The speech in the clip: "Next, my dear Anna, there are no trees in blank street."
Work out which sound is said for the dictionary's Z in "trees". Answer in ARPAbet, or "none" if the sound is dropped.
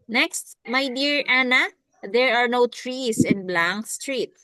S